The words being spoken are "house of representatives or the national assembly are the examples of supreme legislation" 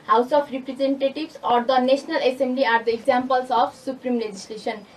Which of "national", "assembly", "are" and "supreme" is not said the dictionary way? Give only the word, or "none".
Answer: national